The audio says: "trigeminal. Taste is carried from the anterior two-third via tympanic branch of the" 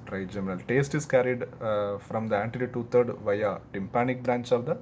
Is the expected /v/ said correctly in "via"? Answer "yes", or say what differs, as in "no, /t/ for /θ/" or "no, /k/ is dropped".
yes